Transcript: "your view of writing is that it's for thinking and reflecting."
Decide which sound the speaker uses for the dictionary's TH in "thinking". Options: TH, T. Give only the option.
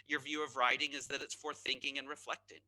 TH